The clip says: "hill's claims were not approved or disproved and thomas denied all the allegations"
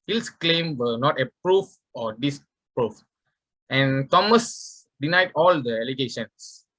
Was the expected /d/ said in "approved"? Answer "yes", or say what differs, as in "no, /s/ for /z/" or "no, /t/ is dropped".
no, /d/ is dropped